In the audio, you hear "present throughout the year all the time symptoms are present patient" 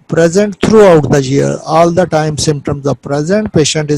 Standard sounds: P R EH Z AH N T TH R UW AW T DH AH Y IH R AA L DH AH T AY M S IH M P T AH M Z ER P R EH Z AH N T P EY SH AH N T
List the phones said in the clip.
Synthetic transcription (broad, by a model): P R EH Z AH N T T R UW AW T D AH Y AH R AA L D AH T AY M S IH M P T AH M Z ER P R EH Z AH N T P EY SH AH N T